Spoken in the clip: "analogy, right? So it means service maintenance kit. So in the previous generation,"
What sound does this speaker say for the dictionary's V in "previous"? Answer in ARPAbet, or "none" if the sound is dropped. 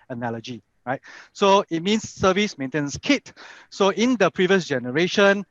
V